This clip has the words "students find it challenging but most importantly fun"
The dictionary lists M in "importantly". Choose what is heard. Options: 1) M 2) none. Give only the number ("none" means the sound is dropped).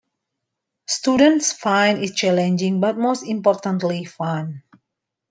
1